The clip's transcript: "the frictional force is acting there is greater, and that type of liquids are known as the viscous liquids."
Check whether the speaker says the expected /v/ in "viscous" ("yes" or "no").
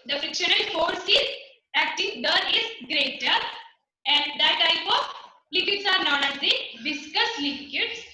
no